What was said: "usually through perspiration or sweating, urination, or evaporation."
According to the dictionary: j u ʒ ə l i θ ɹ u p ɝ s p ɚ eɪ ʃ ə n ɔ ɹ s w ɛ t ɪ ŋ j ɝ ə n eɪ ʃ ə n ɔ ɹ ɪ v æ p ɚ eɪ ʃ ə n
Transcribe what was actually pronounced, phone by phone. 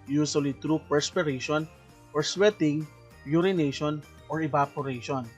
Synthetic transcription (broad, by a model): j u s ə l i t ɹ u p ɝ s p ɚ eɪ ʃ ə n ɔ ɹ s w ɛ t ɪ ŋ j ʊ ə n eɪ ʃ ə n ɔ ɹ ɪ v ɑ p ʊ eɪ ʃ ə n